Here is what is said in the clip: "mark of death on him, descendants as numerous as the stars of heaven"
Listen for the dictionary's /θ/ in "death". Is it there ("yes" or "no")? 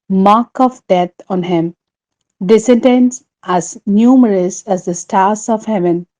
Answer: no